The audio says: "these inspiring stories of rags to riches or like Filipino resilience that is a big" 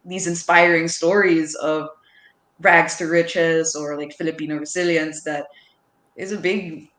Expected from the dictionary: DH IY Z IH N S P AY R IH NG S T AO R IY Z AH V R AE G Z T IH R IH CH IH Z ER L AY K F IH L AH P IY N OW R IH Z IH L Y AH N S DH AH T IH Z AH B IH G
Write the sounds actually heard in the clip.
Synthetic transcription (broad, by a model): DH IY Z IH N S P AY R IH NG S T AO R IY Z AH V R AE G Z T IH R IH CH IH Z ER L AY K F IH L AH P IY N OW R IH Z IH L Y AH N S DH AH T IH Z AH B IH G